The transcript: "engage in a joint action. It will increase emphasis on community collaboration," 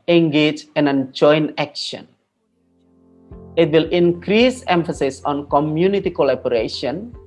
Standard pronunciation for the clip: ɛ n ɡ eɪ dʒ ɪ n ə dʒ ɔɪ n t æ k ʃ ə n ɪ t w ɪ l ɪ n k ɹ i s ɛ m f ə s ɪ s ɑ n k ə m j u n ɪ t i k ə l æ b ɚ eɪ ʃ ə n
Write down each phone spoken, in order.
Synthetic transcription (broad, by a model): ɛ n ɡ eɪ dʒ ɪ n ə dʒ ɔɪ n æ k ʃ ə n ɪ t w ɪ l ɪ n k ɹ i s ɛ m f ə s ɪ s ɑ n k ə m j u n ɪ t i k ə l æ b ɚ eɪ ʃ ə n